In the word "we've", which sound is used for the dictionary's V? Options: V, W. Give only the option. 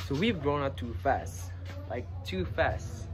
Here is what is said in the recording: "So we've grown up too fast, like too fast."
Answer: V